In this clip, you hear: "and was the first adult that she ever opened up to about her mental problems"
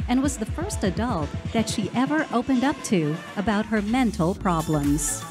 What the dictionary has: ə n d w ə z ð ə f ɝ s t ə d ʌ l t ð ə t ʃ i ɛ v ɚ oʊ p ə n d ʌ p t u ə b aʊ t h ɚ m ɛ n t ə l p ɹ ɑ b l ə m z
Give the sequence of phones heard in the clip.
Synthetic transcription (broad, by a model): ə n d w ə z ð ə f ɝ s t ə d ʌ l t ð ə t ʃ i ɛ v ɚ oʊ p ə n d ʌ p t u ə b aʊ t h ɚ m ɛ n t l p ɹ ɑ b l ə m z